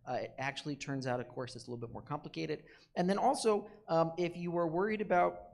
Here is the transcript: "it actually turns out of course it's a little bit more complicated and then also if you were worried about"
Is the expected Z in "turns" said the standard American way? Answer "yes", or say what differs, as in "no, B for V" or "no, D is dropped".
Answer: yes